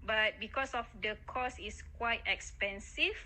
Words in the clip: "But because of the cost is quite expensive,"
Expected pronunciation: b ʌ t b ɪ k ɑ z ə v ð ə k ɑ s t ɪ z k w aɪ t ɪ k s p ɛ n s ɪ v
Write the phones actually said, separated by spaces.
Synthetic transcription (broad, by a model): b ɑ t b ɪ k ɑ s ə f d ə k ɑ s ɪ s k w aɪ t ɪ k s p ɛ n s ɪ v